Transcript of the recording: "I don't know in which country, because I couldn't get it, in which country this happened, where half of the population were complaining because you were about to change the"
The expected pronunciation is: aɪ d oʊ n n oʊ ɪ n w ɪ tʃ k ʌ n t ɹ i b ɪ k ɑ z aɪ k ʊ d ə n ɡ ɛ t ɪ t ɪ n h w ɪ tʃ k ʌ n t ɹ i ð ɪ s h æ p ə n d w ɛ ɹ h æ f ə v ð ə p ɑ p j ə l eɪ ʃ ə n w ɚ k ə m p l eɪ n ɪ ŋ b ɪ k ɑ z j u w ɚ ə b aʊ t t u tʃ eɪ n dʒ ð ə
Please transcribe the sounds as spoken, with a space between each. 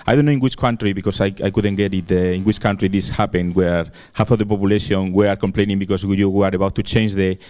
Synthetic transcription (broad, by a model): aɪ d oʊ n n oʊ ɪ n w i tʃ k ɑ n t ɹ i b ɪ k ɑ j aɪ k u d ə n ɡ ɛ t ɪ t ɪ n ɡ w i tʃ k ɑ n t ɹ i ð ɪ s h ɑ p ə n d w ɛ ɹ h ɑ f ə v ð ə p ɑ p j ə l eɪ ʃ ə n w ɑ k ə m p l eɪ n ɪ ŋ b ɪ k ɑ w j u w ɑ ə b aʊ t t u tʃ eɪ n dʒ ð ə